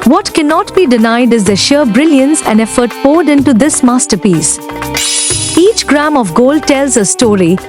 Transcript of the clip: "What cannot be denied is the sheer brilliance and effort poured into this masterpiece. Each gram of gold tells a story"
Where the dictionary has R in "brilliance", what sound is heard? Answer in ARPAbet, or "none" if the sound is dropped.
R